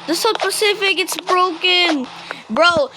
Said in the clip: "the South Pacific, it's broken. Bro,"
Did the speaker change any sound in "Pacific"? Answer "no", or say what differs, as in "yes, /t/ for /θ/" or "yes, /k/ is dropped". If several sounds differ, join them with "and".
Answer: no